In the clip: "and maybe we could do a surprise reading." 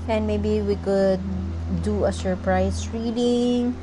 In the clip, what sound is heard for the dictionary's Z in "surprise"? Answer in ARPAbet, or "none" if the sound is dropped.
S